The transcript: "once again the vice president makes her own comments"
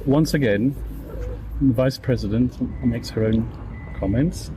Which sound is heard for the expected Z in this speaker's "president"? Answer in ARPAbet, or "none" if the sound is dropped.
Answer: Z